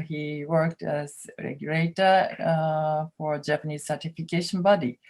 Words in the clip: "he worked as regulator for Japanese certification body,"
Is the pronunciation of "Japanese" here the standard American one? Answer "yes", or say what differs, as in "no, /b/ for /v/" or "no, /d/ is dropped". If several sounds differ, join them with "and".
yes